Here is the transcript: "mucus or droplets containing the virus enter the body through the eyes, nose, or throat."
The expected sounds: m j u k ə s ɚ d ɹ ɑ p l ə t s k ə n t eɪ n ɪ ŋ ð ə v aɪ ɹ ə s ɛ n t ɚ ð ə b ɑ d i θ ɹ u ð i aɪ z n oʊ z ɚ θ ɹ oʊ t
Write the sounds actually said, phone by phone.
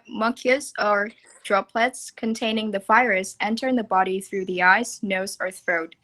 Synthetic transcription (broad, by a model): m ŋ k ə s ɚ d ɹ ɑ p l ə t s k ə n t eɪ n ɪ ŋ ð ə f aɪ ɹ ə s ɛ n t ɚ ð ə b ɑ d i θ ɹ u ð i aɪ z n oʊ z ɚ θ ɹ oʊ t